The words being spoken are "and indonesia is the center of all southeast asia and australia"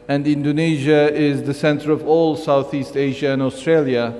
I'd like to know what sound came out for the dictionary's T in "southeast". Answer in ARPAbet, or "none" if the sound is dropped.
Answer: T